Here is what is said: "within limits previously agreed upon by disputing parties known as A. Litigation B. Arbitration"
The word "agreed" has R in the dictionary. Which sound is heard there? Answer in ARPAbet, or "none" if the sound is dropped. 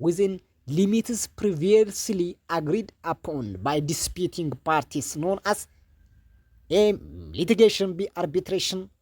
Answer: R